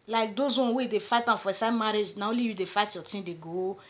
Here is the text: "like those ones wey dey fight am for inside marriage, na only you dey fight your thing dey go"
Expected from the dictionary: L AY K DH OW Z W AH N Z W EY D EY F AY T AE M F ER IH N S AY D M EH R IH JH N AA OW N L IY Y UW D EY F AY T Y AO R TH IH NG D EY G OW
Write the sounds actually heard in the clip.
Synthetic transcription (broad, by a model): L AY K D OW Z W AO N W EY D EY F AY T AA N F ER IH S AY M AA R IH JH N AA OW N L IY Y UW D EY F AY T Y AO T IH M D EY G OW